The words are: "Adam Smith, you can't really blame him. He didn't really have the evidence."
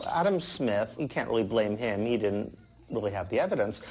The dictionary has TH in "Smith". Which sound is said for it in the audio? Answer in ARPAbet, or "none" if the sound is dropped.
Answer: TH